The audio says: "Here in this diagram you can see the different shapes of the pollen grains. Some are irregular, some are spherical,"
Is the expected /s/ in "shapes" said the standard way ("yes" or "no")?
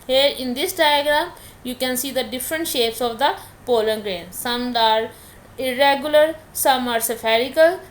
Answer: yes